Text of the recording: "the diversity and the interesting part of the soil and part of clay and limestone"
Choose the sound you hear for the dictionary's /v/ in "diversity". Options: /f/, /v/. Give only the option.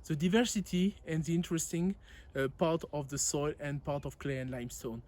/v/